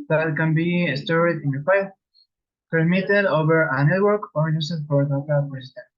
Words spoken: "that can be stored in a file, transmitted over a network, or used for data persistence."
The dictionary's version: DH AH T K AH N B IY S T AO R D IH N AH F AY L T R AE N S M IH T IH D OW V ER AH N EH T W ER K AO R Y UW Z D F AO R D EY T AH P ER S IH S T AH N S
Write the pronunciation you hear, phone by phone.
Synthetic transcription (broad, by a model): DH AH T K AH N B IY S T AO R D IH N AH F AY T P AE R M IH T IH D OW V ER AH N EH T W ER K AO R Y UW S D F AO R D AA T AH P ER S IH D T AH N